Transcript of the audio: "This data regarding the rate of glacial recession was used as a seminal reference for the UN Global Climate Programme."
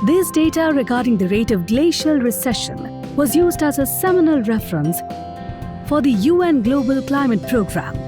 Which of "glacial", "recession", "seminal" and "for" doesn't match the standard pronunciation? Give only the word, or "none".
none